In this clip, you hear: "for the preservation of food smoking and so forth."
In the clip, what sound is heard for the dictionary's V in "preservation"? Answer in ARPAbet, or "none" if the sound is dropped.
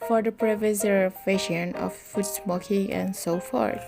F